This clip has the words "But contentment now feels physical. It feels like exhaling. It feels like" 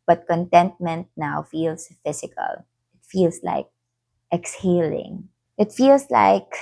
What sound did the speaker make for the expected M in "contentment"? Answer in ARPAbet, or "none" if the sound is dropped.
M